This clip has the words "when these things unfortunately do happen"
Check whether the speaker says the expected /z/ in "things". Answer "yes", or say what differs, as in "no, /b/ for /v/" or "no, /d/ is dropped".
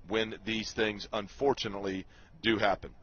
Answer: yes